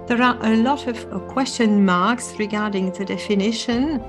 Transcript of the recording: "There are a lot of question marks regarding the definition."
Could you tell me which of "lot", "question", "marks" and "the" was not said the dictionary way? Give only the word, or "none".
none